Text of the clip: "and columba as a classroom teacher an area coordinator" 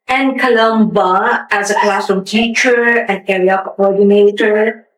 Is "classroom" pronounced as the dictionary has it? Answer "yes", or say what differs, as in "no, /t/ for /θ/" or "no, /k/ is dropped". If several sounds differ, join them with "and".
no, /ɹ/ is dropped